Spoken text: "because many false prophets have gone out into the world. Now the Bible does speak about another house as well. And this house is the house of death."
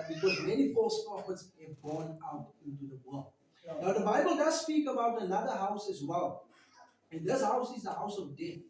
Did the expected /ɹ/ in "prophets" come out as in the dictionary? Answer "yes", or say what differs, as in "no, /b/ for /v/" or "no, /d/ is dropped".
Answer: no, /ɹ/ is dropped